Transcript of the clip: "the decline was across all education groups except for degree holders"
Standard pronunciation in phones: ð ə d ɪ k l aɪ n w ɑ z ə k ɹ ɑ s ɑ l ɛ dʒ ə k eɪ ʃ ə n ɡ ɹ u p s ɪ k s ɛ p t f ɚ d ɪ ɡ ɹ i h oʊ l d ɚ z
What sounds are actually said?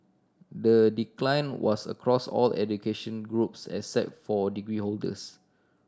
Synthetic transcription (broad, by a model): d ə d ɪ k l aɪ n w ɑ s ə k ɹ ɑ s ɑ l ɛ dʒ ə k eɪ ʃ ə n ɡ ɹ u p s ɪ s ɛ t f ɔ d ɪ ɡ ɹ i h oʊ l d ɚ s